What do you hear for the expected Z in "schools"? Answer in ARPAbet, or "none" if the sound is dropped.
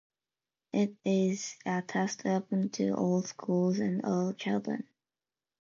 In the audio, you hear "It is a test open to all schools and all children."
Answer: Z